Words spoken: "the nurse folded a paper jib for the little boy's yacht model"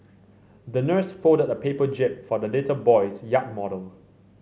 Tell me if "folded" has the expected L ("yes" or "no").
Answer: no